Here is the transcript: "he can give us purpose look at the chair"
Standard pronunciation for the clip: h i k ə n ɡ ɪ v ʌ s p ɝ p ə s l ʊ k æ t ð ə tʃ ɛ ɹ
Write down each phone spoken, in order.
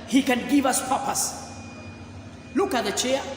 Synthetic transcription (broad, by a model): h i k ə n ɡ ɪ v ʌ s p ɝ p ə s l ʊ k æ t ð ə tʃ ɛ